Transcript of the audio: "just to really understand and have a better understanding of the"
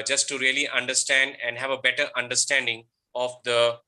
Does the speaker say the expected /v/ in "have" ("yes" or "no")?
yes